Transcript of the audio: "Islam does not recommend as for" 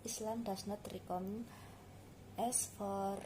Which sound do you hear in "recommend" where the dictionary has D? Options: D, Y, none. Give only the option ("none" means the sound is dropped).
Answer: none